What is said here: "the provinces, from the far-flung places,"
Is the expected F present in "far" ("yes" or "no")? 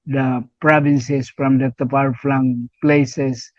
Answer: no